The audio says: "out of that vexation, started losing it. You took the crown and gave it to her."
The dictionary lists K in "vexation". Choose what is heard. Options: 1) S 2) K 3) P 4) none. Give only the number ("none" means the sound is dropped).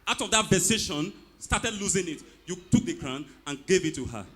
4